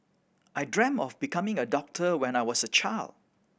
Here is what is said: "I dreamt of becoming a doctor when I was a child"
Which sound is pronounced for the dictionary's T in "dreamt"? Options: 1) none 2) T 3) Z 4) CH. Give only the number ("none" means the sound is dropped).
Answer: 1